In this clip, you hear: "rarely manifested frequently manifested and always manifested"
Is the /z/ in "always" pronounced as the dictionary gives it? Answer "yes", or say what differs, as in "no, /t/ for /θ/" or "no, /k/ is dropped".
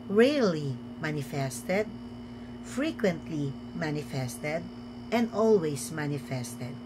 no, /s/ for /z/